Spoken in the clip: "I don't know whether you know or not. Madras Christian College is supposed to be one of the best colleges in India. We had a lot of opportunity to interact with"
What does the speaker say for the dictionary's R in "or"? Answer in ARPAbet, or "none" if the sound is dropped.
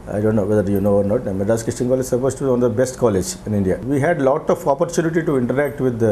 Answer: R